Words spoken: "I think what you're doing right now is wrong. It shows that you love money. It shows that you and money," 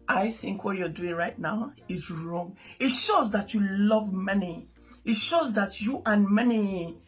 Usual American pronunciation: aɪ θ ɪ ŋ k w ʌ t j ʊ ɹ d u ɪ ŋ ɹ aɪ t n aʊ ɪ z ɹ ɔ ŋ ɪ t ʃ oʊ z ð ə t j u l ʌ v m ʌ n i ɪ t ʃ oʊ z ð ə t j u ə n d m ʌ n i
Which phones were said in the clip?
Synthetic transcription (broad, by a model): aɪ θ ɪ ŋ k w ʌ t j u d u ɪ ŋ ɹ aɪ t n aʊ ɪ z ɹ ɔ ŋ ɪ t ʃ oʊ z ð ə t j u l ʌ v m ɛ n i ɪ t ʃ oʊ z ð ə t j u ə n m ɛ n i